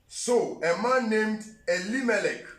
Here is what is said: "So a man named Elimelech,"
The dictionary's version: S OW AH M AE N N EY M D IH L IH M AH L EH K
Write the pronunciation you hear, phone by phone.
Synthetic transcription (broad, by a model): S OW AH M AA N N EY M D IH L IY M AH L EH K